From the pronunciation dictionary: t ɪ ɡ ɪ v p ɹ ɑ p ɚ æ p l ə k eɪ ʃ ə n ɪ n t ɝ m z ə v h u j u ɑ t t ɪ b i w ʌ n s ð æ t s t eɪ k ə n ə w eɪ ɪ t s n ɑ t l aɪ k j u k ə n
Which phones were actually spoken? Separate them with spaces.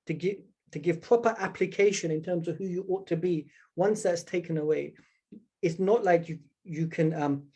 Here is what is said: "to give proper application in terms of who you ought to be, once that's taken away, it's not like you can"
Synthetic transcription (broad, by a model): t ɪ ɡ ɪ v p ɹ ɑ p ɚ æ p l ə k eɪ ʃ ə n ɪ n t ɝ m z ə v h u j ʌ ɑ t t ɪ b i w ʌ n s ð æ t s t eɪ k ə n ə w eɪ ɪ t s n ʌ t l aɪ k j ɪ k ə n